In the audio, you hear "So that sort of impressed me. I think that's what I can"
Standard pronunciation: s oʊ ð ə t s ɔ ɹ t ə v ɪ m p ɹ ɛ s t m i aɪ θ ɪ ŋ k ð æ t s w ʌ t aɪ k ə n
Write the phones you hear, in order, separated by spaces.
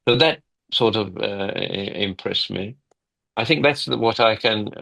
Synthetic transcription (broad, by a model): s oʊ ð ə t s ɔ ɹ t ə v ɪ m p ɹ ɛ s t m i aɪ θ ɪ ŋ k ð æ t s w ʌ t aɪ k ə n